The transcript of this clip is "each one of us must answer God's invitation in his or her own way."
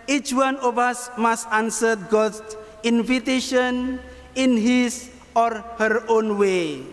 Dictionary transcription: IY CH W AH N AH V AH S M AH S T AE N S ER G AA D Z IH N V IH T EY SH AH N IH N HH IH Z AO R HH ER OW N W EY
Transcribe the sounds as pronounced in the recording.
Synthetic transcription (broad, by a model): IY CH W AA N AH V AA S M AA S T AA N S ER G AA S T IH N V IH T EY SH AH N IH N HH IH S AO R HH ER OW N W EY